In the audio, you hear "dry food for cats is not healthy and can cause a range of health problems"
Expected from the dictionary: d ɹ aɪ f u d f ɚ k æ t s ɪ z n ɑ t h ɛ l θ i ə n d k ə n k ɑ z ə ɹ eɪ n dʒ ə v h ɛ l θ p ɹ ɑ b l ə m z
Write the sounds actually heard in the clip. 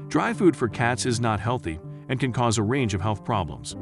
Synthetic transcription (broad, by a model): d ɹ aɪ f u d f ɚ k æ t s ɪ z n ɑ t h ɛ l θ i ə n k ə n k ɑ z ə ɹ eɪ n dʒ ə v h ɛ l θ p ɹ ɑ b l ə m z